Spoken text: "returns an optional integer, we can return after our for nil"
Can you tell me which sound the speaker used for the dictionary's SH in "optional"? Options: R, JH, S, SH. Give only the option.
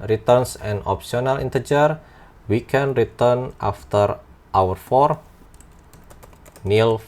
S